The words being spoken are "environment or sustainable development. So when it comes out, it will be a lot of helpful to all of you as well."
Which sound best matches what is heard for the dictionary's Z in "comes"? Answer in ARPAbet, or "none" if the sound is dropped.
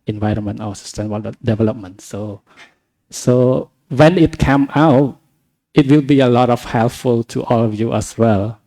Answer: none